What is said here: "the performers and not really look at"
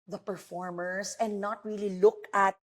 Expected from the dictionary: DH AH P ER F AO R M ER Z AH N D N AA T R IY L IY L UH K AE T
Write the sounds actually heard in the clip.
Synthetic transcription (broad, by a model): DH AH P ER F AO R M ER S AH N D N AA T R IY L IY L UH K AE T